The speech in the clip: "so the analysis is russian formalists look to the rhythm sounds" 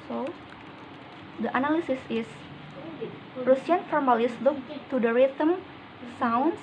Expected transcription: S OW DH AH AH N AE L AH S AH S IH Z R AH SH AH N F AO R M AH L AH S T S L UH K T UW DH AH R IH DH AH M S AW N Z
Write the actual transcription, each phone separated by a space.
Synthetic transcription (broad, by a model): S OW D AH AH N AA L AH S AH S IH S R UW S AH N F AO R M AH L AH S S L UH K T UW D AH R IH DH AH M S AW N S